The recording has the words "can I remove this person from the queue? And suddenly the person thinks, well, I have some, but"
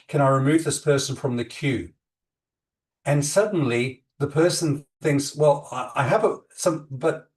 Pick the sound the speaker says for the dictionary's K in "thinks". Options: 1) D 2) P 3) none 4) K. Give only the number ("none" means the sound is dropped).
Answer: 4